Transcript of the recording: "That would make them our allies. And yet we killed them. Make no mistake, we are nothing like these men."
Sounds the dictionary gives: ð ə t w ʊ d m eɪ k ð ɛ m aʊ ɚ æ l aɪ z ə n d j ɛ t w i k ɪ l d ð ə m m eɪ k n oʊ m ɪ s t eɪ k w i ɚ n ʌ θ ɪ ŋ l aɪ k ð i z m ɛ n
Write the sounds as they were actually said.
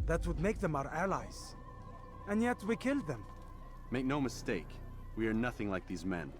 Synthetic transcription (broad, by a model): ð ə t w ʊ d m eɪ k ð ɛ m aʊ ɚ æ l aɪ z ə n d j ɛ t w i k ɪ l d ð ə m m eɪ k n oʊ m ɪ s t eɪ k w i ɚ n ʌ θ ɪ ŋ l aɪ k ð i z m ɛ n